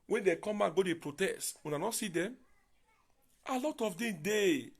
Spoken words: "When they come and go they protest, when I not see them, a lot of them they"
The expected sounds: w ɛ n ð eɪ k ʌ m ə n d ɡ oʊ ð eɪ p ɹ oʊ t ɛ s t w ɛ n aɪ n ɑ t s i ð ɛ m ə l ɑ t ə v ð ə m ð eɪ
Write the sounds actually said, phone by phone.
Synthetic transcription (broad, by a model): w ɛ n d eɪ k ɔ m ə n ɡ oʊ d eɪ p ɹ oʊ t ɛ s t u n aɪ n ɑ s i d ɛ m ə l ɑ t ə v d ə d eɪ